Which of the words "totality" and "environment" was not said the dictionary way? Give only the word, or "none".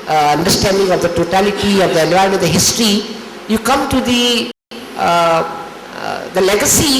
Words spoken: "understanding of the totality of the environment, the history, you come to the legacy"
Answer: environment